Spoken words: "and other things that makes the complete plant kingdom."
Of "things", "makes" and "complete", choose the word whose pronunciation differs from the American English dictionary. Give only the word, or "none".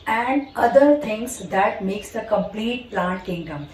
things